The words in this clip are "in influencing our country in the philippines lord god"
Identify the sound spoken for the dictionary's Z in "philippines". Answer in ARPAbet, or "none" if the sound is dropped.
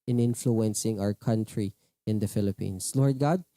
S